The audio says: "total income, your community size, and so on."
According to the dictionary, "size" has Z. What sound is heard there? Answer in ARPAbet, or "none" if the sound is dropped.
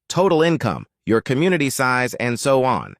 Z